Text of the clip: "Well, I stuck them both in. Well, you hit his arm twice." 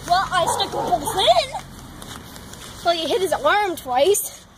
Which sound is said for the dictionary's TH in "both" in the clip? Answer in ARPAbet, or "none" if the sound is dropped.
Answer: S